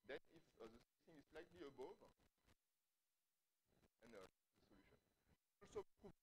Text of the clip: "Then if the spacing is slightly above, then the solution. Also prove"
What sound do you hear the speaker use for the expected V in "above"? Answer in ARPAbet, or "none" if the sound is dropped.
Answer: V